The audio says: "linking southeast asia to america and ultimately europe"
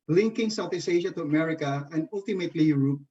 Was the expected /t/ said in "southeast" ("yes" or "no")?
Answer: no